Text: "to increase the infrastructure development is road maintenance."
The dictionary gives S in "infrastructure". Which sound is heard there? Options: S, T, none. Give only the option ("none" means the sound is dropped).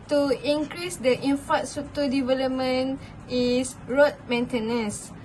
none